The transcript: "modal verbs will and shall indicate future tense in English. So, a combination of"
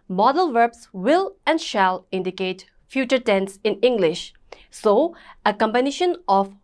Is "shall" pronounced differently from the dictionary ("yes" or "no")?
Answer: no